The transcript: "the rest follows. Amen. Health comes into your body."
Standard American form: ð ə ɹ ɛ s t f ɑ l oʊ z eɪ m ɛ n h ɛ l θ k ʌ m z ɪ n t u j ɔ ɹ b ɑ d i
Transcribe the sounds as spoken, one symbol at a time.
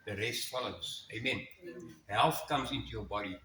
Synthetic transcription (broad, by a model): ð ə ɹ ɛ s t f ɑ l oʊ s eɪ m ɛ n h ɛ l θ k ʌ m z ɪ n t u j ɔ ɹ b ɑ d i